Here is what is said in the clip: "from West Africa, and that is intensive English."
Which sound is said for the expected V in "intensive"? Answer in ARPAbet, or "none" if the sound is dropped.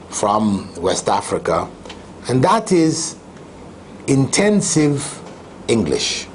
V